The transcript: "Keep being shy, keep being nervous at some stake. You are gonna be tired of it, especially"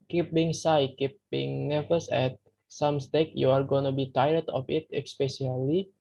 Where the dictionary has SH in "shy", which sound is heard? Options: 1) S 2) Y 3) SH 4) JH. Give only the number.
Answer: 1